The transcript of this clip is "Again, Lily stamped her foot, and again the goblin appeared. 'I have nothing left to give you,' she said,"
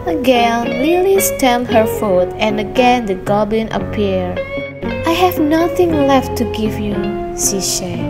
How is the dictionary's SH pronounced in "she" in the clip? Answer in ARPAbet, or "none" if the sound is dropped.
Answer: S